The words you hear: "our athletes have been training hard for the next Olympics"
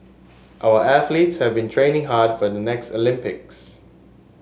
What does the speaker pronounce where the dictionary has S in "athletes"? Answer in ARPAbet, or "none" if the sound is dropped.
S